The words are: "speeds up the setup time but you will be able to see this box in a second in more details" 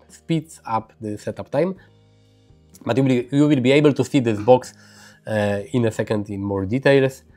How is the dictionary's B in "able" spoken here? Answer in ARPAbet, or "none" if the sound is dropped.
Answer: B